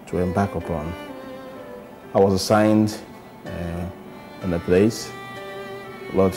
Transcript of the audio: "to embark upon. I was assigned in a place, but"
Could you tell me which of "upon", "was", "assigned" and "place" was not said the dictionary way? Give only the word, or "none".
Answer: none